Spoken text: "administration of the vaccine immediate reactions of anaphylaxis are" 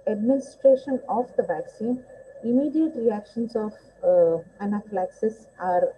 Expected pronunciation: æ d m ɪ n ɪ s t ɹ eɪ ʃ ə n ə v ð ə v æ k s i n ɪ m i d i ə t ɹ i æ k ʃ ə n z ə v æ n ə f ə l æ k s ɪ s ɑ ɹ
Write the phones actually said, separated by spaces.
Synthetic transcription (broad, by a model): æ d m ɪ n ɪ s t ɹ eɪ ʃ ə n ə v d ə v æ k s i n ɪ m i d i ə t ɹ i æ k ʃ ə n s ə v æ n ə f l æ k s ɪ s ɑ ɹ